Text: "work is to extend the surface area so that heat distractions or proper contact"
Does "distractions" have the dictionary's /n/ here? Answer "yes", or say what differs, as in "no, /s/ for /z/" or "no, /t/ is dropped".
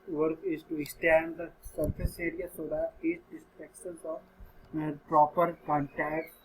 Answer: no, /n/ is dropped